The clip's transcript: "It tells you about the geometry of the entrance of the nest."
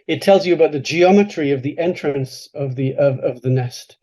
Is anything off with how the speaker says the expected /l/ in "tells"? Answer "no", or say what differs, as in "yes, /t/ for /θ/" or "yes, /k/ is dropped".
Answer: no